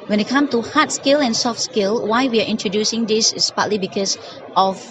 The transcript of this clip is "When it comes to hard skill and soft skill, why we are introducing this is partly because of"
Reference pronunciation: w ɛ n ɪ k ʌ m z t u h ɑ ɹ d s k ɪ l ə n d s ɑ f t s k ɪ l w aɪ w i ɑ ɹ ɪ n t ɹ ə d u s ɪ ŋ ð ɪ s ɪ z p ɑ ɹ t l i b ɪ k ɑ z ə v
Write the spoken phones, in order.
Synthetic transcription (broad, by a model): w ɛ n ɪ k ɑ m t u h ɑ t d s k ɪ l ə n s ɑ f t s k ɪ l w aɪ w i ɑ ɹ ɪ n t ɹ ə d u s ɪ ŋ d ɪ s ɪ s p ɑ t l i b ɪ k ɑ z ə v